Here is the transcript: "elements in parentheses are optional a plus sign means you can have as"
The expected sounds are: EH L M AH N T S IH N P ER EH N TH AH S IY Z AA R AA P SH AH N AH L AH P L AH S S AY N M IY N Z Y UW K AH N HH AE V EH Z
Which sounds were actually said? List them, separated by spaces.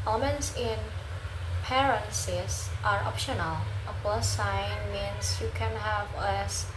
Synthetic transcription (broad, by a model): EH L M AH N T S IH N P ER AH N S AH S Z AA R AA P SH AH N AH L AH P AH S S AY N M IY N S Y UW K AH N HH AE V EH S